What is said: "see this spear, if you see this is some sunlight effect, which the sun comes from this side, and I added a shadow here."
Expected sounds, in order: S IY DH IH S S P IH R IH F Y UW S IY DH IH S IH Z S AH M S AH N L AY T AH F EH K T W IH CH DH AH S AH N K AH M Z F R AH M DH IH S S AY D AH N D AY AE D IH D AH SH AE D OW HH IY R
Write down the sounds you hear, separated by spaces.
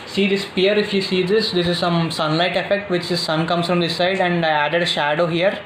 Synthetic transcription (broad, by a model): S IY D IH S S P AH R IH F Y UW S IY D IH S IH Z S AH M S AH N L AY T AH F EH K T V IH CH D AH S AH N K AH M S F R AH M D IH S S AY D AH N D AY AE D IH D AH SH AE D OW HH IY R